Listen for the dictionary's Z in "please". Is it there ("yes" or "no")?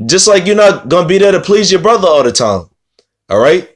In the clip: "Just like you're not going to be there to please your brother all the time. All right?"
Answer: yes